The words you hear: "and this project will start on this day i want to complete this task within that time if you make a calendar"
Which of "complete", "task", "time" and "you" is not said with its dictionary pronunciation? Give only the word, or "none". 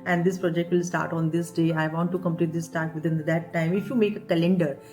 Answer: task